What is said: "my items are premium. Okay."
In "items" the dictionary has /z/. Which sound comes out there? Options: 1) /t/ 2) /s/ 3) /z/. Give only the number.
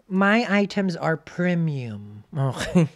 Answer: 3